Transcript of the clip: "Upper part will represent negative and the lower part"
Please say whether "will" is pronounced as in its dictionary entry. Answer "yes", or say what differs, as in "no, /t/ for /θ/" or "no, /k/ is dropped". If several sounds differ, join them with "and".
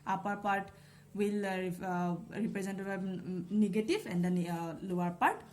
yes